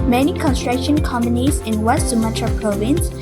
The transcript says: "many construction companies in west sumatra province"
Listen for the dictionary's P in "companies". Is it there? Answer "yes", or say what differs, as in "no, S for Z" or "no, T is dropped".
no, P is dropped